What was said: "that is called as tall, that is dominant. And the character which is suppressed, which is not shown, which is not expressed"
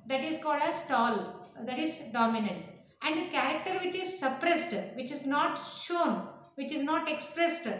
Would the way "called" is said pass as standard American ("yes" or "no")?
yes